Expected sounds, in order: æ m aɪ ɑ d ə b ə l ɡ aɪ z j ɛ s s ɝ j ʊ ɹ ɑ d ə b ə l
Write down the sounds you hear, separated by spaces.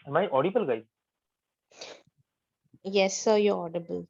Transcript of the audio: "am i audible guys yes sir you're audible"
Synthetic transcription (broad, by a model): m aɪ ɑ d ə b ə l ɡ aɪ j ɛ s s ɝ j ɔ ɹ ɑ d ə b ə l